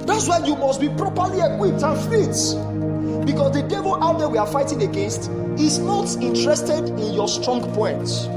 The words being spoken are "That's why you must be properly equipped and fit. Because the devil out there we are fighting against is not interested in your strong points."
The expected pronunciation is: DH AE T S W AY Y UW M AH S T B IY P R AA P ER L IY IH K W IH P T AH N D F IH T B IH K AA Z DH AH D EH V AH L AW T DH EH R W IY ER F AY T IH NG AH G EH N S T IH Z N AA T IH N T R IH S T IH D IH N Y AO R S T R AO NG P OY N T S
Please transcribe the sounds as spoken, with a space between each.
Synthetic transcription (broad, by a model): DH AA T S W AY Y UW M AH S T B IY P R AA P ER L IY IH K W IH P T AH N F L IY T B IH K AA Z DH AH D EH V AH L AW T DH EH W IY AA F AY T IH NG AH G EH N S T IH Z N AA T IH N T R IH S T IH D IH N Y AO S T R AO NG P OY N T